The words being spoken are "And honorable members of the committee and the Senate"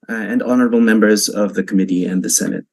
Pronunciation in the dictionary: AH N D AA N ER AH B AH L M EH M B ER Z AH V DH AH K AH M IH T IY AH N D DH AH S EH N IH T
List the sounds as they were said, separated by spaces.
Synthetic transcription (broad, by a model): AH N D AA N ER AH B L M EH M B ER Z AH V DH AH K AH M IH T IY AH N DH AH S EH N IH T